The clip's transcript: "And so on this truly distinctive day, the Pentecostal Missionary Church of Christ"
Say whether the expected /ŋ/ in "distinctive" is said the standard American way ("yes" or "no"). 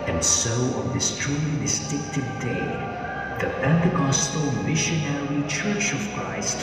no